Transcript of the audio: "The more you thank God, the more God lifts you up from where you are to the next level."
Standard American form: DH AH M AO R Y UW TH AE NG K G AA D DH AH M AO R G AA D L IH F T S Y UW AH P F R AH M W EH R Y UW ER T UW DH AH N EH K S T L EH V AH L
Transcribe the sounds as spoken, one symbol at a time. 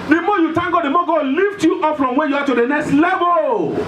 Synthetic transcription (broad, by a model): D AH M AO Y UW T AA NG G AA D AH M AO G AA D L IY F T Y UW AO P F R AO M W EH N Y UW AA T UW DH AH N EH K S T L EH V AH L